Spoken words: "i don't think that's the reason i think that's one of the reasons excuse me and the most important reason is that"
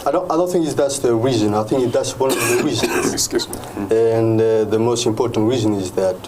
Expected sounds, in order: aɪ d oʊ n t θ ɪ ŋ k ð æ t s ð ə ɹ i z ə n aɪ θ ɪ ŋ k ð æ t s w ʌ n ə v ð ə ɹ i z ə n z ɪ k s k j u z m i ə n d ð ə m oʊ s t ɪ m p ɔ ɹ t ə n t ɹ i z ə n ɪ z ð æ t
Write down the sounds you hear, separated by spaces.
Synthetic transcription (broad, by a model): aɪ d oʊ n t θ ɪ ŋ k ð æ t s ð ə w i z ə n aɪ θ ɪ ŋ k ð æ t s w ʌ n ə v ð ə w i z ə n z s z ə n ð ə m oʊ s t ɪ m p ɔ ɹ t ə n t w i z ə n ɪ z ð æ t